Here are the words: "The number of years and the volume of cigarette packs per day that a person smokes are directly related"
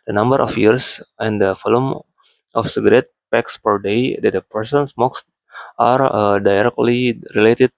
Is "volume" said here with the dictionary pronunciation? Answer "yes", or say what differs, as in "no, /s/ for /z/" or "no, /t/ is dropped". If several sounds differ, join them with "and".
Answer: no, /f/ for /v/